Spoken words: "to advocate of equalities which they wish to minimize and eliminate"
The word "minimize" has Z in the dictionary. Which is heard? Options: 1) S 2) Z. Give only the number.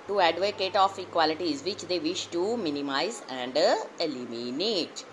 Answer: 2